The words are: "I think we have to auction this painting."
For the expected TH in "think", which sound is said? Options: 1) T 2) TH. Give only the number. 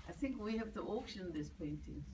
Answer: 2